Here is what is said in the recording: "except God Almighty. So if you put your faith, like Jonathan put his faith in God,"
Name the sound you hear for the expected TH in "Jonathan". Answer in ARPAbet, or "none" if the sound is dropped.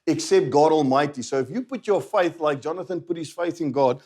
TH